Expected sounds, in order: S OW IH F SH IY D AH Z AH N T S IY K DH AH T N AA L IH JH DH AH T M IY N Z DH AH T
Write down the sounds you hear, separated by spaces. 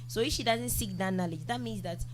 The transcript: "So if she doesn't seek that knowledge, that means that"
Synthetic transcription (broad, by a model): S OW IH F SH IY D AH Z AH N T S IY K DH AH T N AA L IH JH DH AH T M IY N Z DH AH T